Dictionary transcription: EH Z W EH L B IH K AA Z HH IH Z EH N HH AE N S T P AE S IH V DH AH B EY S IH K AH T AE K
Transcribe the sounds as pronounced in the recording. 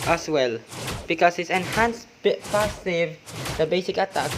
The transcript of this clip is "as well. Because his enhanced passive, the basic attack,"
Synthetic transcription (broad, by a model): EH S W EH L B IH K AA S HH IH S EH N HH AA N S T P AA S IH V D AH B EY S IH K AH T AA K